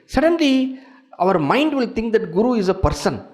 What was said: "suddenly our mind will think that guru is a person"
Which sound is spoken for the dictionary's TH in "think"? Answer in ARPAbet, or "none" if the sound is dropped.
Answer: T